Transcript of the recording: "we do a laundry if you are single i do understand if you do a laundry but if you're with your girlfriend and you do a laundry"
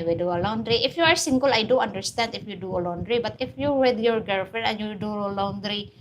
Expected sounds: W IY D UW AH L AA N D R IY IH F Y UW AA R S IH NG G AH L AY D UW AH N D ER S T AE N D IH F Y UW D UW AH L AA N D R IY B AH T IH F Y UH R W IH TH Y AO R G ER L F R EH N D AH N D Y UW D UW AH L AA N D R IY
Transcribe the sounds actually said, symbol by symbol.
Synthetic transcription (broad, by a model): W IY D UW AH L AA N D R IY IH F Y UW AA R S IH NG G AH L AY D UW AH N D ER S T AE N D IH F Y UW D UW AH L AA N D R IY B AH T IH F Y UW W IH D Y AO R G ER F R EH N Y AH D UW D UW AH L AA N D R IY